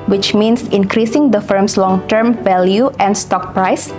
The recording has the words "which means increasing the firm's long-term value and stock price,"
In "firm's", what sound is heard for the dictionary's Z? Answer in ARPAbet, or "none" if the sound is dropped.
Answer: S